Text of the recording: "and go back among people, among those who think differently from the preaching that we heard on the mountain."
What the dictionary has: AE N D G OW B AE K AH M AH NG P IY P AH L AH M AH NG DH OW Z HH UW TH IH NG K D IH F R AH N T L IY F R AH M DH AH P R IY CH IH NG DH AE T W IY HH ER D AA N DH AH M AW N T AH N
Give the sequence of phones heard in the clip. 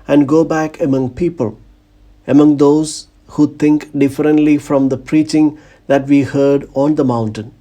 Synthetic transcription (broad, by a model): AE N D G OW B AE K AH M AH NG P IY P AH L AH M AH NG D OW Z HH UW T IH NG K D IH F R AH N T L IY F R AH M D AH P R IY CH IH NG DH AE T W IY HH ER D AA N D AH M AW N T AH N